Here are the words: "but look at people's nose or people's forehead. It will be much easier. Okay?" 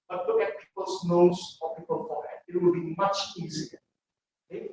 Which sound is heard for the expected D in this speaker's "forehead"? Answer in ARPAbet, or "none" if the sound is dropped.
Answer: none